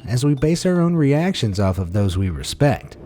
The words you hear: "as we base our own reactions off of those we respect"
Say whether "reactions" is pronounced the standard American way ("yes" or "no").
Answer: yes